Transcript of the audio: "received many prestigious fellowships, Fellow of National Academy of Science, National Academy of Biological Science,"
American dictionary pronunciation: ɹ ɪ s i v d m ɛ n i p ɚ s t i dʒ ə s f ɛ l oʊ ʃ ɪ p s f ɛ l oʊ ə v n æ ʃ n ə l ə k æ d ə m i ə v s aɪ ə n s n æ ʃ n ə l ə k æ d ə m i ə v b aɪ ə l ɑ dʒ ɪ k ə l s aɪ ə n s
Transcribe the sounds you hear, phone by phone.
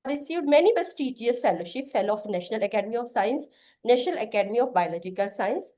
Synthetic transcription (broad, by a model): ɹ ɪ s i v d m ɛ n i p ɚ s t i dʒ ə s f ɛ l oʊ ʃ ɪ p f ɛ l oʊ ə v n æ ʃ n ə l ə k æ d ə m i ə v s aɪ ə n s n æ ʃ n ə l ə k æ d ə m i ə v b aɪ ə l ɑ dʒ ɪ k ə l s aɪ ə n s